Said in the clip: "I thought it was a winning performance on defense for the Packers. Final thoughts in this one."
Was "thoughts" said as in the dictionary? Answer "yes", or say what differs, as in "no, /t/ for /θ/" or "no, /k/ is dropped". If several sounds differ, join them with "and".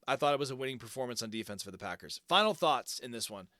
yes